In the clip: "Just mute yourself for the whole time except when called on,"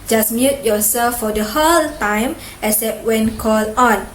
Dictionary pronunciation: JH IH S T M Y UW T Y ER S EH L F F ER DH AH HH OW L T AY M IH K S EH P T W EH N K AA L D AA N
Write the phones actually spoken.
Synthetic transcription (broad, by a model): JH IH S M Y UW T Y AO S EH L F F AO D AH HH OW L T AY M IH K S EH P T W EH N K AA L AA N